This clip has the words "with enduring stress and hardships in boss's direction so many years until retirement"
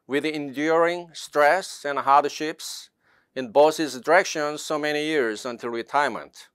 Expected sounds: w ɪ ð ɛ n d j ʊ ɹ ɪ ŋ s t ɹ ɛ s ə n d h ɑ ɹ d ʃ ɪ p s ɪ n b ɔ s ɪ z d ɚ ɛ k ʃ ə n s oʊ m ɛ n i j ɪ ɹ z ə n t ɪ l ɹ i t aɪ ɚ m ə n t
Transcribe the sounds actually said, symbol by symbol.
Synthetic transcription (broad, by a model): w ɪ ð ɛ n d j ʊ ɹ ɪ ŋ s t ɹ ɛ s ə n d h ɑ ɹ d ʃ ɪ p s ɪ n b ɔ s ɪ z d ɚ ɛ k ʃ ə n s oʊ m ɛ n i j ɪ ɹ z ə n t ɪ l ɹ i t aɪ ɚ m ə n t